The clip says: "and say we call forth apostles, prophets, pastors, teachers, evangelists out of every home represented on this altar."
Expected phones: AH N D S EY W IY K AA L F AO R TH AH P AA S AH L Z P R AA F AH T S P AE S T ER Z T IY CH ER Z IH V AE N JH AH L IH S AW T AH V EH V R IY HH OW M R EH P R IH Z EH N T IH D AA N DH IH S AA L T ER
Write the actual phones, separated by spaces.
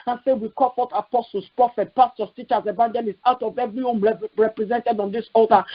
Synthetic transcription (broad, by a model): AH N S EY W IY K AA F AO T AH P AA S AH L S P R AA F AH T P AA S T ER S T IY CH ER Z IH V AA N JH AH L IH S AW T AH V EH V R IY HH OW M R EH P R IH Z EH N T IH D AA N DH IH S AA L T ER